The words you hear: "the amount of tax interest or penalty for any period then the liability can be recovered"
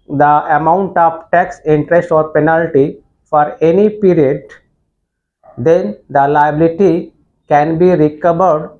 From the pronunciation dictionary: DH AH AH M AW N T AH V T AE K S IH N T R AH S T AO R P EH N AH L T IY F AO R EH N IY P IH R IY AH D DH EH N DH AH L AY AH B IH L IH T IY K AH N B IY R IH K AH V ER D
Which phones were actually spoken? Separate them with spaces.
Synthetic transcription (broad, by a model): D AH AH M AW N T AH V T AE K S IH N T R AH S T AO R P EH N AH L T IY F AO R EH N IY P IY R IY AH D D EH N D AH L AY AH B IH L IH T IY K AH N B IY R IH K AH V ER D